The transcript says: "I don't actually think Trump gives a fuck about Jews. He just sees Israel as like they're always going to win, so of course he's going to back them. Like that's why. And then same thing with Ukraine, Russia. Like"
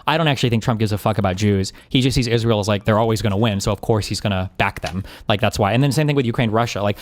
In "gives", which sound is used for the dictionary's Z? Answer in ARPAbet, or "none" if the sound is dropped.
Z